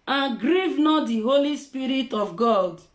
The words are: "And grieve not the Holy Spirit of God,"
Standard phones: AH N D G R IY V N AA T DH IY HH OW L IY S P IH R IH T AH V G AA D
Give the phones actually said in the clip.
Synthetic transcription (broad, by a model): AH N G R IY V N AA T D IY HH OW L IY S P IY R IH T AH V G AA D